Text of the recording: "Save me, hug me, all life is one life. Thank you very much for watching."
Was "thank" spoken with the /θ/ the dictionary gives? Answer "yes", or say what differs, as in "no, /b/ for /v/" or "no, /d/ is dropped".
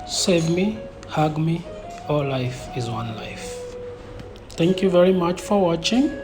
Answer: no, /t/ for /θ/